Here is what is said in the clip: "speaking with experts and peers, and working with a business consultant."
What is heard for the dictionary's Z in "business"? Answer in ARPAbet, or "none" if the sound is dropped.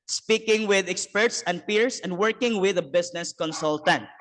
S